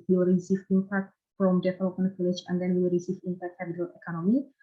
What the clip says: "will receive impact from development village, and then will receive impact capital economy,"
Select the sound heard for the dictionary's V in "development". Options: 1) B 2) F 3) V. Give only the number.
2